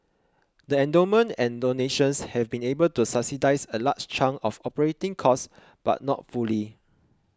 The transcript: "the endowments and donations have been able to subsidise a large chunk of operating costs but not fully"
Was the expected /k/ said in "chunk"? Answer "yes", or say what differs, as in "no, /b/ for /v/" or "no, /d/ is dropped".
no, /k/ is dropped